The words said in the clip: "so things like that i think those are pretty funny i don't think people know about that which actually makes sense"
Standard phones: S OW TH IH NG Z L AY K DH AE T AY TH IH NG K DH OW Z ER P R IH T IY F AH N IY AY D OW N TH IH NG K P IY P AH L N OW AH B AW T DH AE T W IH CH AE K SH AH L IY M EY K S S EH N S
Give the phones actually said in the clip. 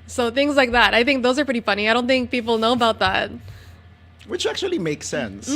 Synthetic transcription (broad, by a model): S OW TH IH NG Z L AY K DH AE T AY TH IH NG K DH OW Z ER P R IH T IY F AH N IY AY D OW N TH IH NG K P IY P L N OW AH B AW T DH AE T W IH CH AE K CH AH L IY M EY K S S EH N S